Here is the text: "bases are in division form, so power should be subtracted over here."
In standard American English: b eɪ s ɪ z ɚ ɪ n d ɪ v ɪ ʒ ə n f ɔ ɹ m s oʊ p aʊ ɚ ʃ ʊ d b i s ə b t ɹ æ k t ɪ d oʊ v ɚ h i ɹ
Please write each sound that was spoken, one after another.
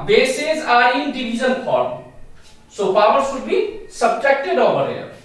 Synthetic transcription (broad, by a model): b eɪ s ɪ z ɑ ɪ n d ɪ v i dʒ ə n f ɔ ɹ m s oʊ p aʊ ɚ s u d b i s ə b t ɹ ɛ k t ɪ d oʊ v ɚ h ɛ